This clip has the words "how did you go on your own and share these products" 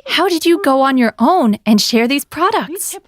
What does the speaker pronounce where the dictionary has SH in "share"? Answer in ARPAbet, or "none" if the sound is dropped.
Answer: SH